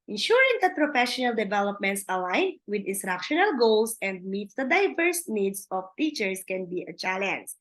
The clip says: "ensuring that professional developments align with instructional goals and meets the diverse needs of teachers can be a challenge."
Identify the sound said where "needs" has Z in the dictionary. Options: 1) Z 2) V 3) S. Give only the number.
3